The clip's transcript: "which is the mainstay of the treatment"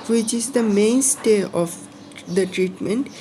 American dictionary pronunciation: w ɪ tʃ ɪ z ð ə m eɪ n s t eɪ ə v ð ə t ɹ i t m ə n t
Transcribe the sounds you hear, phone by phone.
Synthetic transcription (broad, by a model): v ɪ tʃ ɪ z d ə m eɪ n s t eɪ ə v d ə t ɹ i t m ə n t